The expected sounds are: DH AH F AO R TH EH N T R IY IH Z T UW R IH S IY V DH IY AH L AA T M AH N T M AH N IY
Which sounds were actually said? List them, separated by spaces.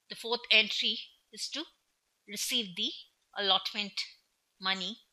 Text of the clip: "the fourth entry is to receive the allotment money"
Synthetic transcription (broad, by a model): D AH F AO R T EH N T R IY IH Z T UW R IH S IY V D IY AH L AA T M AH N T M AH N IY